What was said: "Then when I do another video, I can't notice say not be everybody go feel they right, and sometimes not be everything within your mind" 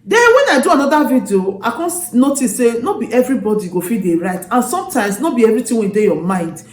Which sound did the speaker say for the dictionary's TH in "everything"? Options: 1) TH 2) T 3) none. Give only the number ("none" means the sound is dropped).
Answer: 2